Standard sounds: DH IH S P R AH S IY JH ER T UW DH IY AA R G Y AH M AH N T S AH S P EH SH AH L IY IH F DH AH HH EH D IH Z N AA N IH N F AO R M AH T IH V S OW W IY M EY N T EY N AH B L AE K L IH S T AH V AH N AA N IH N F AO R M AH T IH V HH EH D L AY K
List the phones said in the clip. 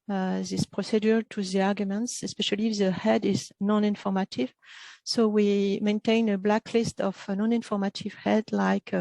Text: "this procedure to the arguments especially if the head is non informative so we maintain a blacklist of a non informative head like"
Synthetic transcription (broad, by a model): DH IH S P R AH S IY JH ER T UW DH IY AA R G Y AH M AH N T S AH S P EH SH AH L IY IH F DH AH HH EH D IH Z N AA N IH N F AO R M AH T IH V S OW W IY M EY N T EY N AH B L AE K L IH S T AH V AH N AA N IH N F AO R M AH T IH V HH EH D L AY K